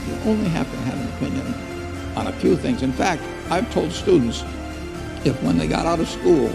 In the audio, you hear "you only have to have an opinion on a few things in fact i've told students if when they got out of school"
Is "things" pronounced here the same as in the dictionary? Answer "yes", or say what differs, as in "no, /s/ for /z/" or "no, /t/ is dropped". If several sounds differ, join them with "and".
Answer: yes